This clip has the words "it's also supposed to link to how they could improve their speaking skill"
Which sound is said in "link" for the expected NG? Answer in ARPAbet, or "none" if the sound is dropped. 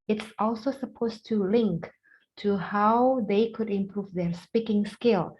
NG